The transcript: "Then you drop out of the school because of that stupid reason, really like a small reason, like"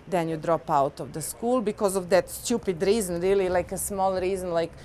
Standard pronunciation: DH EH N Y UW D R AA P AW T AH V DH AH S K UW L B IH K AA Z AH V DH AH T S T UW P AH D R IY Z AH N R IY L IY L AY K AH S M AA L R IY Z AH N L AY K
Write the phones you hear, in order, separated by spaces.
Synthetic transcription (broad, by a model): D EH N Y UW D R AA P AW T AH V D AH S K UW L B IH K AA Z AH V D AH T S T UW P AH D R IY Z AH N R IY L IY L AY K AH S M AA L R IY Z AH N L AY K